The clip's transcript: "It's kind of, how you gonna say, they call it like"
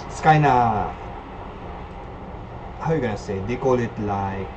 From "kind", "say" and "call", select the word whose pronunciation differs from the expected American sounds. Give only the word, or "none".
kind